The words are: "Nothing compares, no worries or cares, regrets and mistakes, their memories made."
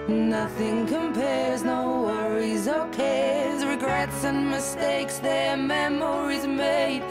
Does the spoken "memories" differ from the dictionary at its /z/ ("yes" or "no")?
no